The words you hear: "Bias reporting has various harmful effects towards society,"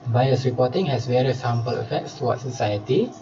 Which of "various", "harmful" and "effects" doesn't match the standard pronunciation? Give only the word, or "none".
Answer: harmful